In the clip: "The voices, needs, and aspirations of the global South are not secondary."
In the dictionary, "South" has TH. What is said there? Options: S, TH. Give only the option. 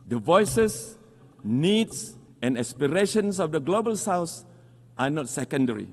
S